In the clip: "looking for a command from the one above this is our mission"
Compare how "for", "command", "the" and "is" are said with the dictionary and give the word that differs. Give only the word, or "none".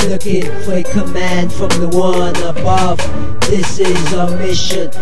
none